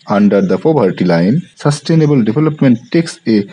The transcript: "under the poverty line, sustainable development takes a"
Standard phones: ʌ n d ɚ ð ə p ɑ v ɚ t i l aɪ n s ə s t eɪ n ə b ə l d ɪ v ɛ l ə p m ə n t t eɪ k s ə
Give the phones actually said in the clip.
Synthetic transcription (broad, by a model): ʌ n d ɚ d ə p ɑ b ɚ t i l aɪ n s ə s t eɪ n ə b ə l d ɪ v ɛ l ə p m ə n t t eɪ k s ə